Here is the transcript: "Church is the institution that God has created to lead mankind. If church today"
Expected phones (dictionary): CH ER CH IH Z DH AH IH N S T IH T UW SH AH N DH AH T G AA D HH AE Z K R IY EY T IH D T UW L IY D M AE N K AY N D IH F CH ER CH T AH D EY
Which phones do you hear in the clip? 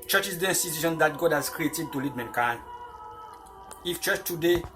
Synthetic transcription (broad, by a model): CH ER CH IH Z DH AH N S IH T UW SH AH N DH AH T G AA D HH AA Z K R IY EY T IH D T UW L IY D M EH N K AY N IH F CH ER CH T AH D EY